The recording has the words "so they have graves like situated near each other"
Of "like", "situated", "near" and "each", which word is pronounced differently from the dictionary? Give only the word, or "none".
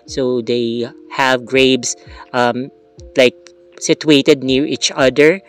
none